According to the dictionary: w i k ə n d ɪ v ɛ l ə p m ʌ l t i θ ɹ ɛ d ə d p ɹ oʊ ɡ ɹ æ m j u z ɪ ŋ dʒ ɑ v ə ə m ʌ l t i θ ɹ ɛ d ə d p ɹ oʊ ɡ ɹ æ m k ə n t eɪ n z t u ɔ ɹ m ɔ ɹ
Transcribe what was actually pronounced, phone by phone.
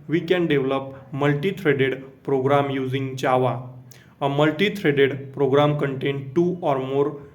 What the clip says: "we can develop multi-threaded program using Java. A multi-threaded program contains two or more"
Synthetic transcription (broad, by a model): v i k ə n d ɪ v l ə p m ʌ l t i t ɹ ɛ d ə d p ɹ oʊ ɡ ɹ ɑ m j u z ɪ ŋ tʃ ɑ v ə ə m ʌ l t i t ɹ ɛ d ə d p ɹ oʊ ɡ ɹ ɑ m k ə n t eɪ n t u ɔ ɹ m ɔ ɹ